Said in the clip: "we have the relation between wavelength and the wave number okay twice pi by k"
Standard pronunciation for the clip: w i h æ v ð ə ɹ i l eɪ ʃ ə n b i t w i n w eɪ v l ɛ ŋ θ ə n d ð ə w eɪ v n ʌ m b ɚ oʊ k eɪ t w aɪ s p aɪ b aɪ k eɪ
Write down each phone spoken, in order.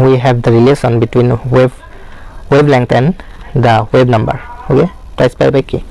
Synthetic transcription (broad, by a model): w i h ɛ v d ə ɹ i l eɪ s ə n b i t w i n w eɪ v l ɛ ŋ t ə n d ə w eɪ b n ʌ m b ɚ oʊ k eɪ t w aɪ s p aɪ b aɪ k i